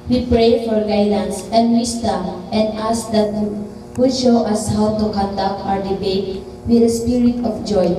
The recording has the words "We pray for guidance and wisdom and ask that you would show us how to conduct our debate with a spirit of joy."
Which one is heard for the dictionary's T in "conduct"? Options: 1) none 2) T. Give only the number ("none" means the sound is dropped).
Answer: 1